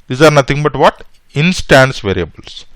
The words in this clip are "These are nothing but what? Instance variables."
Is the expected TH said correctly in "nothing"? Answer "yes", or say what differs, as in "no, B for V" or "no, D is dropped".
no, T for TH